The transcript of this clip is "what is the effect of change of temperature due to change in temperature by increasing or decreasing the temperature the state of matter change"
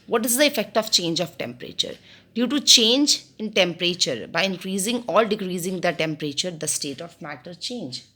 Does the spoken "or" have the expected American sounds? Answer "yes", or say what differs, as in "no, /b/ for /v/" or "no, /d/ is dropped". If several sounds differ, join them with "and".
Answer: no, /l/ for /ɹ/